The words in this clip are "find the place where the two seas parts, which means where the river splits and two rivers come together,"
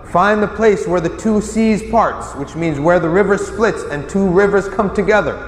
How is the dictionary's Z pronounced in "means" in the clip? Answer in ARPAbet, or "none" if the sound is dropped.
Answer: Z